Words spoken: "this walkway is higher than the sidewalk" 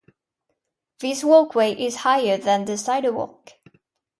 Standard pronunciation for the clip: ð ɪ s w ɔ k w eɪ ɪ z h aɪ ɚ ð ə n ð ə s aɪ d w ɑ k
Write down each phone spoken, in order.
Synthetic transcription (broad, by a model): ð ɪ s w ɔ k w eɪ ɪ z h aɪ ɚ ð ə n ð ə s aɪ d w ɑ k